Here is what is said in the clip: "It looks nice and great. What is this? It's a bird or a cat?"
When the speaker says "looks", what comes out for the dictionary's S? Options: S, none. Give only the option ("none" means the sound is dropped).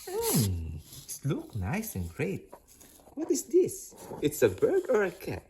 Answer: none